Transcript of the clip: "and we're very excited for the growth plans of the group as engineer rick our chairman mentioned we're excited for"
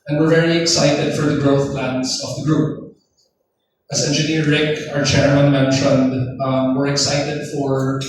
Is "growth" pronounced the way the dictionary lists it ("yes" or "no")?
yes